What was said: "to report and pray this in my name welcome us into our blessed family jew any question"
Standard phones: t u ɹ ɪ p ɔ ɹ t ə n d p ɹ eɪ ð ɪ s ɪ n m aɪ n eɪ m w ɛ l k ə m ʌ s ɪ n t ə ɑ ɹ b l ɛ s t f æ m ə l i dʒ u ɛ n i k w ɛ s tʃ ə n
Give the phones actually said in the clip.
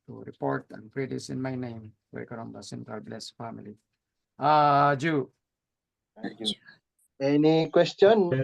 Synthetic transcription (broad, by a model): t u ɹ ɪ p ɔ ɹ t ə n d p ɹ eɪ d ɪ s ɪ n m aɪ n eɪ m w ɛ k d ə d ʌ s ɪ n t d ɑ l b l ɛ s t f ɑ m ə l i dʒ u ɛ n i k w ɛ s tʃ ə n